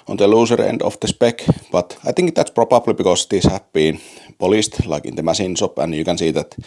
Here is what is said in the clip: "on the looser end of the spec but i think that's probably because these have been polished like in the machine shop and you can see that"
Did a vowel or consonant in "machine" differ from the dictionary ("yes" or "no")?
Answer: yes